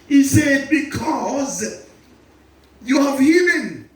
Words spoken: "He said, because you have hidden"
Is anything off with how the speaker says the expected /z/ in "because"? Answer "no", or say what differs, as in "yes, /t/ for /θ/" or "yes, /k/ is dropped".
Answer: no